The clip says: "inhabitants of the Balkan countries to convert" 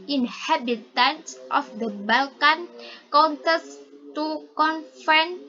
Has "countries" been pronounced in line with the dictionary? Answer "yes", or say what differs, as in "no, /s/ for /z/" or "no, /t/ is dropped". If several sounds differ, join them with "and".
no, /ɹ/ is dropped and /s/ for /z/